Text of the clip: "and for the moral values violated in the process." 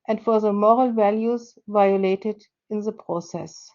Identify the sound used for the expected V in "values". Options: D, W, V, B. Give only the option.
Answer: V